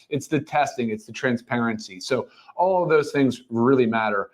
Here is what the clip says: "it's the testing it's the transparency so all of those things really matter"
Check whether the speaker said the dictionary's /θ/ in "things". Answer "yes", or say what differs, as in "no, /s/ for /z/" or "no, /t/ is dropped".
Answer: yes